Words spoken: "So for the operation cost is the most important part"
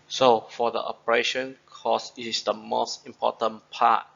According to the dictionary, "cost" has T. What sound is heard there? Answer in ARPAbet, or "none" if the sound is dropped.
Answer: none